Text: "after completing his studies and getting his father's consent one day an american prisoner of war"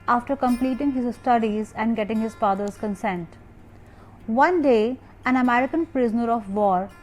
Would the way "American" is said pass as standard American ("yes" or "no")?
yes